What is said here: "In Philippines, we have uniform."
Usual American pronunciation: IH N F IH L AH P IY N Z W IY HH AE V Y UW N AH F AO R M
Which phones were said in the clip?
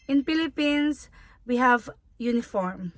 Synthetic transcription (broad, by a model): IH N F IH L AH P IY N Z W IY HH AE V Y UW N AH F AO R M